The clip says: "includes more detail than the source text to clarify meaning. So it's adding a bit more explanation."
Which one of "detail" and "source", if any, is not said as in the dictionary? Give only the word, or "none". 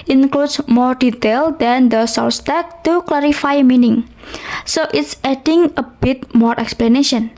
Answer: source